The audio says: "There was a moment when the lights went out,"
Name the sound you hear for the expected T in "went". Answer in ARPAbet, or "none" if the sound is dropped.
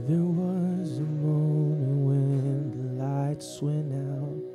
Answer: none